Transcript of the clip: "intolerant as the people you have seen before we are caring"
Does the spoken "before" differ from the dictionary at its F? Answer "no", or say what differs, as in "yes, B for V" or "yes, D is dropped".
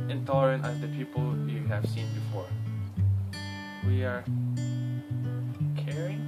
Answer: no